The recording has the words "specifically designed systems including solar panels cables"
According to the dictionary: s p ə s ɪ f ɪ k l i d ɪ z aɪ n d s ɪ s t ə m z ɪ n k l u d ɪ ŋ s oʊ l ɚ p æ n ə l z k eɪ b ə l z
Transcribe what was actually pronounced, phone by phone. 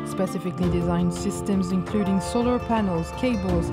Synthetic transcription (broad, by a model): s p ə s ɪ f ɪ k l i d ɪ z aɪ n d s ɪ s t ə m z ɪ n k l u d ɪ ŋ s oʊ l ɚ p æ n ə l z k eɪ b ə l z